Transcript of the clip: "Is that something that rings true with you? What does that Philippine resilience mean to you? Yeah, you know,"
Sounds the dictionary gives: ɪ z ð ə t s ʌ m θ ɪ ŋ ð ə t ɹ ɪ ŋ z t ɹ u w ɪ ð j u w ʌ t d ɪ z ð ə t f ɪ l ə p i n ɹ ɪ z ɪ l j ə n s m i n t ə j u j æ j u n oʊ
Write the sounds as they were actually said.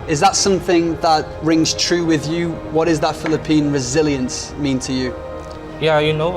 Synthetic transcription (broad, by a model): ɪ z ð ə t s ʌ m θ ɪ ŋ ð ə t ɹ ɪ ŋ z t ɹ u w ɪ ð j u w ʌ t d ɪ z ð ə t f ɪ l ə p i n ɹ ɪ z ɪ l j ə n s m i n t ə j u j æ j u n oʊ